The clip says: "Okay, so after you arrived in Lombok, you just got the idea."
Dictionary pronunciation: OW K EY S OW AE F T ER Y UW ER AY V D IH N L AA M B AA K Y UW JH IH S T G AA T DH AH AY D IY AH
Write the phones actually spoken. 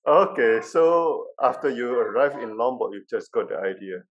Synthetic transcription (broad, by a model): OW K EY S OW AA F T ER Y UW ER AY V IH N L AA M B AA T Y UW JH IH S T G AA T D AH AY D IY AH